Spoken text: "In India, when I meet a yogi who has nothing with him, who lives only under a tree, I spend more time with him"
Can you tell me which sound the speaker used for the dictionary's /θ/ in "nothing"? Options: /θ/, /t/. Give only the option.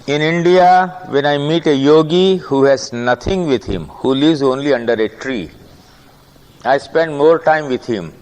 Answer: /t/